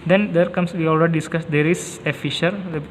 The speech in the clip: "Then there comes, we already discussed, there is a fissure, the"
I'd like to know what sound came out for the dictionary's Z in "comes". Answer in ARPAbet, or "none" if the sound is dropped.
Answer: S